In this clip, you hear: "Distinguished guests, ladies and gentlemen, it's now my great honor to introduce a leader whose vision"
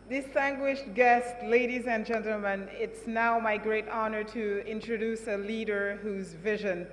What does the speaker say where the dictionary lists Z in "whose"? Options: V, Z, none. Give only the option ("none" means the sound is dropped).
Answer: Z